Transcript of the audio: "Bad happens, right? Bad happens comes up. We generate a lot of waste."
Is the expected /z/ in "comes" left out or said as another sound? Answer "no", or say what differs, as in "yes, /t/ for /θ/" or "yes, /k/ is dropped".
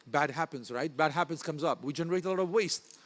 no